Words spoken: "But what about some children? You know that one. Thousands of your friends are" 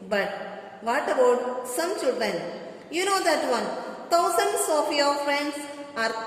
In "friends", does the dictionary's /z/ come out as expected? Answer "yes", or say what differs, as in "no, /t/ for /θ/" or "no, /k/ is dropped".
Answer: no, /s/ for /z/